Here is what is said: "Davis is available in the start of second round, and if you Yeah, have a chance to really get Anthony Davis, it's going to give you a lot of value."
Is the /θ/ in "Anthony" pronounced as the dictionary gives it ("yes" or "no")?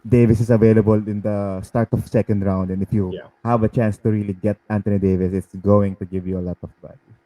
no